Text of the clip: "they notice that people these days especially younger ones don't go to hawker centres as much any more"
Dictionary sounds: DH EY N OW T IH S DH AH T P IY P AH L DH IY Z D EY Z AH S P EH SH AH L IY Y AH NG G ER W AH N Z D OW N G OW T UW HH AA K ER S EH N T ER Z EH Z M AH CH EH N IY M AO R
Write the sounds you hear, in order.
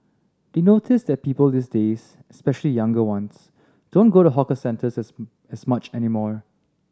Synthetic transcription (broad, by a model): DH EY N OW T IH S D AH T P IY P AH L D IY S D EY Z AH S P EH SH AH L IY Y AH NG G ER W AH N S D OW N G OW T UW HH AA K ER S EH N T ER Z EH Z M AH CH EH N IY M AO R